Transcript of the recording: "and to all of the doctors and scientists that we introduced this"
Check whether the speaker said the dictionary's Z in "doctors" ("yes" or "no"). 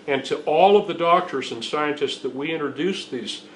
yes